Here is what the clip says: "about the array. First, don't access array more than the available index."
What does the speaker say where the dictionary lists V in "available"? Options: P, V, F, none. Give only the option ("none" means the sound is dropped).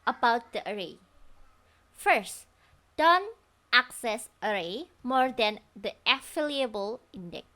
F